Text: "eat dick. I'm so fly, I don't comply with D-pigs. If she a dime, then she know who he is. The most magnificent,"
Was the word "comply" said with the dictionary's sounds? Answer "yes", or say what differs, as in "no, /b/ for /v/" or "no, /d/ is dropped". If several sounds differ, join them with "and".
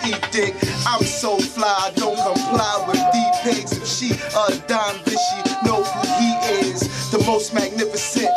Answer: no, /m/ is dropped